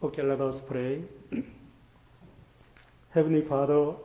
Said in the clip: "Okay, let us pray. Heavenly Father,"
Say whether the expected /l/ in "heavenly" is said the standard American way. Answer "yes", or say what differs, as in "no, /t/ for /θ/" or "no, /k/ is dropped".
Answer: no, /l/ is dropped